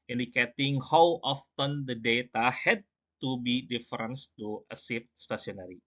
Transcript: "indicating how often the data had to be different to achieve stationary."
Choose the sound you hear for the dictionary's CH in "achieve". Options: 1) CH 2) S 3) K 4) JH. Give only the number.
2